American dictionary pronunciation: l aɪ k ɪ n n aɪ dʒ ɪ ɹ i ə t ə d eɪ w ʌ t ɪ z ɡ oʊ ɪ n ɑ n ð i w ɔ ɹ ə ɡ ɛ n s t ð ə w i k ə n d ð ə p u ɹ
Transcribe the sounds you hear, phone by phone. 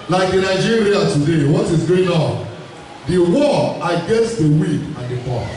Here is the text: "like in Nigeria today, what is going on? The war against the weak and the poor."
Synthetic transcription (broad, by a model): l aɪ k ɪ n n aɪ dʒ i ɹ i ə t ə d eɪ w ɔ t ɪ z ɡ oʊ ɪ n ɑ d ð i w ɔ ə ɡ ɛ n s t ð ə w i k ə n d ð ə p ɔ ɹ